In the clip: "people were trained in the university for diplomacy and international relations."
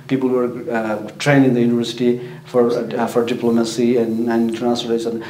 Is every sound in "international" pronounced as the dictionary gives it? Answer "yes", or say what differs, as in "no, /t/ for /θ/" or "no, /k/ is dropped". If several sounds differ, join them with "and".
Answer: no, /ʃ/ is dropped